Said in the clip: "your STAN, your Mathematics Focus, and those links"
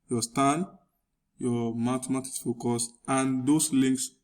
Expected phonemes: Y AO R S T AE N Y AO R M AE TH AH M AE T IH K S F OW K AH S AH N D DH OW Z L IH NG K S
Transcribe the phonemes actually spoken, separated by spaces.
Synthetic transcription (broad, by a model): Y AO S T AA N Y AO M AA T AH M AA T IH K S F OW K AH S AH N D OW S L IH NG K S